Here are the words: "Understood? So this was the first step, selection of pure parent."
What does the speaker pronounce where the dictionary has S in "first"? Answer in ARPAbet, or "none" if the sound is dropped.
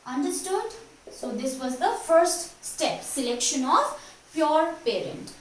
S